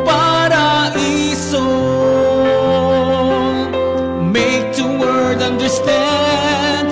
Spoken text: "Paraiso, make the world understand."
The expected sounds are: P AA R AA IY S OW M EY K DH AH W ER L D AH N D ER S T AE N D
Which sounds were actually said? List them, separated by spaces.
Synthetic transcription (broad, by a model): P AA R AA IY S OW M EY K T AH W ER D AH N D ER S T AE N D